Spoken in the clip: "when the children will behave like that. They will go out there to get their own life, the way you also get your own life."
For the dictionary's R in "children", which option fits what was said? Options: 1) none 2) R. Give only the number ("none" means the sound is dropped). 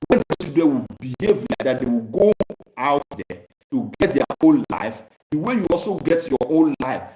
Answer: 1